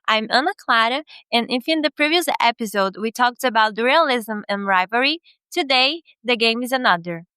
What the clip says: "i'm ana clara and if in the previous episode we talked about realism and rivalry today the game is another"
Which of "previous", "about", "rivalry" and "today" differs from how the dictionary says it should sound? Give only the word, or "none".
rivalry